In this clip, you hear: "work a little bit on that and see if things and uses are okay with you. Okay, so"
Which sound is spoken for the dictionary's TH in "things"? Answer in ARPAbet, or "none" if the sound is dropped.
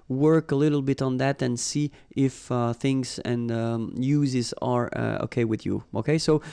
TH